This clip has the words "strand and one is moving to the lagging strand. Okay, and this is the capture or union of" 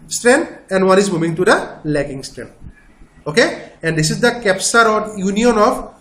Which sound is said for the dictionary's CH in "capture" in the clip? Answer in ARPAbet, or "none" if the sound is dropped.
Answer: S